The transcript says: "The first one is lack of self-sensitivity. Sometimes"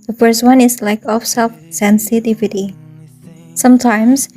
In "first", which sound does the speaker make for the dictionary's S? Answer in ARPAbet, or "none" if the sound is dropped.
S